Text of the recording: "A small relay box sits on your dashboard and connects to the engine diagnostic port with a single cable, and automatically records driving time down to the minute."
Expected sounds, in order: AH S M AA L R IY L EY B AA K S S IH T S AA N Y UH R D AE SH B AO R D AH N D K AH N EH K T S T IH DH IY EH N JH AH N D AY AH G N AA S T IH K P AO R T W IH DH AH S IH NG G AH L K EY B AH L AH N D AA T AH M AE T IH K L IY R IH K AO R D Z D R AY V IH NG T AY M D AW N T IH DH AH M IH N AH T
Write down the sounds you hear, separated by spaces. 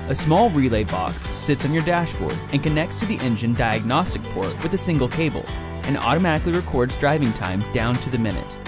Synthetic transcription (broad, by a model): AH S M AA L R IY L EY B AA K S S IH T S N Y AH R D AE SH B AO R D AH N K AH N EH K T S T IH DH IY EH N JH AH N D AY AH G N AA S T IH K P AO R T W IH DH AH S IH NG G L K EY B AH L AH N AA T AH M AE T IH K L IY R IH K AO R D Z D R AY V IH NG T AY M D AW N T IH DH AH M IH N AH T